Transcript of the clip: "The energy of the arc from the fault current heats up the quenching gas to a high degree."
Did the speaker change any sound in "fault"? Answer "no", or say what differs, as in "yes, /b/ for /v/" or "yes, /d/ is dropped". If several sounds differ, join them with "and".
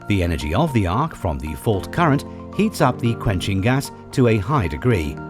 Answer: no